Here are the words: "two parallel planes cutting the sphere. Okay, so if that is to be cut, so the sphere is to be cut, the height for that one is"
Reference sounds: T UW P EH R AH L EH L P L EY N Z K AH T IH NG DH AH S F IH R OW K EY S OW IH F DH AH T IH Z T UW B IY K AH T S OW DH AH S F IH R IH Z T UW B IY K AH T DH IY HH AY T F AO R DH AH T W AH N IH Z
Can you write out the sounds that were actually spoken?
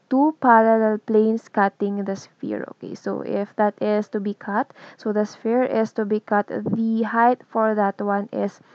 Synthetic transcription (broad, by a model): T UW P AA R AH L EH L P L EY N S K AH T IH NG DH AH S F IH R OW K EY S OW IH F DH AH T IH S T UW B IY K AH T S OW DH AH S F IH R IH S T UW B IY K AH T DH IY HH AY T F AO R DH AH T W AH N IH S